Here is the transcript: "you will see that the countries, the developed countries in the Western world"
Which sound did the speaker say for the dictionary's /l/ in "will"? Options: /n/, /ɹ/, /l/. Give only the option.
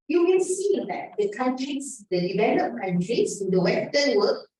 /n/